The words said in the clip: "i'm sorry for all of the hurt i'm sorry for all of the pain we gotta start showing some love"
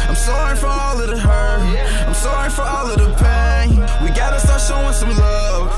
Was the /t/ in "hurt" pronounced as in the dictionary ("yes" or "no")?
no